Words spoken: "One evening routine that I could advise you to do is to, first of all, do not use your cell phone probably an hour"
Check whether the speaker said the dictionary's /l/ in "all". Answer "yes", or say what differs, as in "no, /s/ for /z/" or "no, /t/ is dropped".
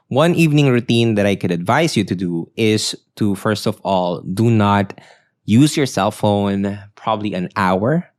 yes